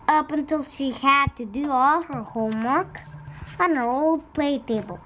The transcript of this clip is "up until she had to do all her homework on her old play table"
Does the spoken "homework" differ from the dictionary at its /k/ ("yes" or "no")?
no